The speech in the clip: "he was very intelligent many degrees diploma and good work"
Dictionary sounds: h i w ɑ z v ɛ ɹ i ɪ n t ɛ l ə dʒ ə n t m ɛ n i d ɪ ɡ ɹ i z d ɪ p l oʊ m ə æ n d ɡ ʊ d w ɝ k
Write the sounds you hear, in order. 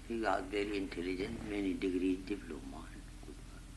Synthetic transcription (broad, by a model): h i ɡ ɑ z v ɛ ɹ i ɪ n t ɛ l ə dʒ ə n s m ɛ n i d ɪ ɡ ɹ i d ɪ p l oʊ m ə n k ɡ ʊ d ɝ